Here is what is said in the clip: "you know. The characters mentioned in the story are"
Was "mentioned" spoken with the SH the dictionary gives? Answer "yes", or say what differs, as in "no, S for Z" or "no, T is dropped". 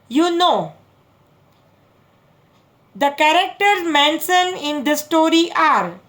no, S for SH